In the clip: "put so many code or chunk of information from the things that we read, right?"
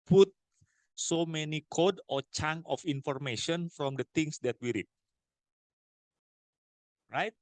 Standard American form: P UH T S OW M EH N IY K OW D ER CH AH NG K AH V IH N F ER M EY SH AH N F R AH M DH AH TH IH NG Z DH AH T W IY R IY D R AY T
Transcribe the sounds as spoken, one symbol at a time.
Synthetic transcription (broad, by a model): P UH T S OW M EH N IY K OW D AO CH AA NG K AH F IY N F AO M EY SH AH N F R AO M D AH T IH NG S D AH T W IY R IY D R AY T